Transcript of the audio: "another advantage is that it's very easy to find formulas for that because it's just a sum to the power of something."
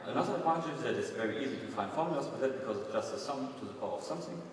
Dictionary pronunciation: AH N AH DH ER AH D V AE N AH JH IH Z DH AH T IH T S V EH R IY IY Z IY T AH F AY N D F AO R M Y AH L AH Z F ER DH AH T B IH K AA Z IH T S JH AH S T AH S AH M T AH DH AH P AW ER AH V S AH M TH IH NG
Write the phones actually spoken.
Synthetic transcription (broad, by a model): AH N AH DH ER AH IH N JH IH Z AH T IH T S V EH R IY IY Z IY T AH F AY N D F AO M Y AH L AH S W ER DH AH T B IH K AA Z IH T S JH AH S T AH S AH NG T AH DH AH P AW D AH V S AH M TH IH NG